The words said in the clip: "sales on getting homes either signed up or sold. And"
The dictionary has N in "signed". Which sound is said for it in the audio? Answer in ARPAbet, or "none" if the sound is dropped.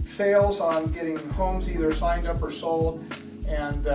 N